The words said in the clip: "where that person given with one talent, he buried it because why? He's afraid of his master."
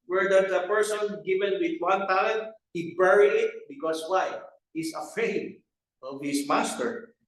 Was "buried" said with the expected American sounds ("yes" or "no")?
no